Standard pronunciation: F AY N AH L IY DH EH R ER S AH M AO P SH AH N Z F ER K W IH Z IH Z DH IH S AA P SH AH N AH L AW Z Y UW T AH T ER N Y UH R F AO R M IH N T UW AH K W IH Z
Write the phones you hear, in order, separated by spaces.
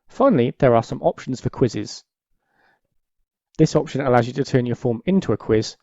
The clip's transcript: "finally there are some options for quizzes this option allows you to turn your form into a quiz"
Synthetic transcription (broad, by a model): F AY N AH L IY DH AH R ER S AH M AO P SH AH N Z F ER K W IH Z IH Z DH IH S AA P SH AH N AH L AW Z Y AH T AH T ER N Y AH F AO M IH N T UW AH K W IH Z